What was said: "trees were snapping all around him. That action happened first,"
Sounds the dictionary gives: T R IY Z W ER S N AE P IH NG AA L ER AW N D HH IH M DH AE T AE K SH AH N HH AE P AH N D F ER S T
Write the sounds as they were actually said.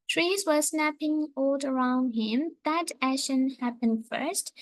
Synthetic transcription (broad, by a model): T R IY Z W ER S N AE P IH NG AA L ER AW N D HH IH M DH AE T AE SH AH N HH AE P AH N D F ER S T